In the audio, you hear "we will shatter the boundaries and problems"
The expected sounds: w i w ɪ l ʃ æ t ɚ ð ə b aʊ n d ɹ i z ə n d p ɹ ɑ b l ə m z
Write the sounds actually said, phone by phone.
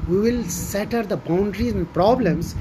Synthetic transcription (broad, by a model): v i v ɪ l s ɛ t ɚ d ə b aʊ n d ɹ i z ə n d p ɹ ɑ b l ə m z